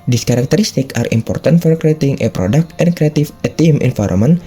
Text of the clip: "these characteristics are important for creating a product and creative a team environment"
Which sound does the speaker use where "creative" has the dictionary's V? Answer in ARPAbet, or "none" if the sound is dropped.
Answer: F